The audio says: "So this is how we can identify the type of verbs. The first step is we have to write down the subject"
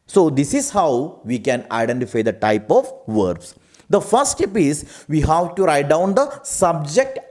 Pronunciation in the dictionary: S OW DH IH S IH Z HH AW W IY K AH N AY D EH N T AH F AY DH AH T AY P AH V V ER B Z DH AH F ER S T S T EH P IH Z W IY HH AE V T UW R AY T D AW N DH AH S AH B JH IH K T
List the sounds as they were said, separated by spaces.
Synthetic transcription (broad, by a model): S OW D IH S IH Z HH AW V IY K AH N AY D EH N T AH F AY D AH T AY P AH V V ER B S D AH F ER T S T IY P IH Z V IY HH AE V T UW R AY T D AW N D AH S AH B JH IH K T